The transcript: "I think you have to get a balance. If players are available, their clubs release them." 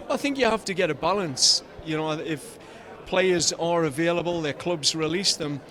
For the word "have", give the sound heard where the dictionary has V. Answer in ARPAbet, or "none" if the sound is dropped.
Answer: F